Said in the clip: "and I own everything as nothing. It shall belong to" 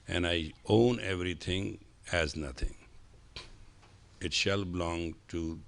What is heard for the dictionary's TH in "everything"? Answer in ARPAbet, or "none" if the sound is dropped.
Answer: T